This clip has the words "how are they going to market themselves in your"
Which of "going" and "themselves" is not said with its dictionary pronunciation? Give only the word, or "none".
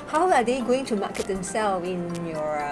themselves